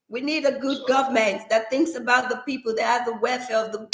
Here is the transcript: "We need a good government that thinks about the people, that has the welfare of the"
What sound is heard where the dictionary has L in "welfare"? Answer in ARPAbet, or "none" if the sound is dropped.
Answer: none